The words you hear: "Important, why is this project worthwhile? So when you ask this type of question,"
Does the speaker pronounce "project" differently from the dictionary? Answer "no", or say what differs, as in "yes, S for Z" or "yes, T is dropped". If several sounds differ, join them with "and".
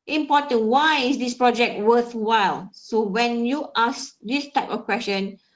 no